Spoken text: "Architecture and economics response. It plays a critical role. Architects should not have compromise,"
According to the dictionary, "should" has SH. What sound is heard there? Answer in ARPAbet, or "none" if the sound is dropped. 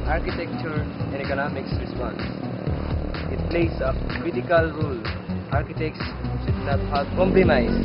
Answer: S